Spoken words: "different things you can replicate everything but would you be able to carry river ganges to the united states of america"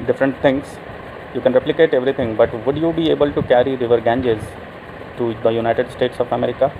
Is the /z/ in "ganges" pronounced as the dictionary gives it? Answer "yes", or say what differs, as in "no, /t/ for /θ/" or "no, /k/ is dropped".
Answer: yes